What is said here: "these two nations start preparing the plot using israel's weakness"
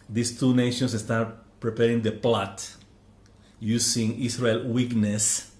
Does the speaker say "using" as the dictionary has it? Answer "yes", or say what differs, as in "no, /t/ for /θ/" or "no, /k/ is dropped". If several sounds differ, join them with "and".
no, /s/ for /z/